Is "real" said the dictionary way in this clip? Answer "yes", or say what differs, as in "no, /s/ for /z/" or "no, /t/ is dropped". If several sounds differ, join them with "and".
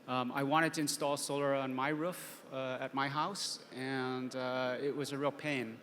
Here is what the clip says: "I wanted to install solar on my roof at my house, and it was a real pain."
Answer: yes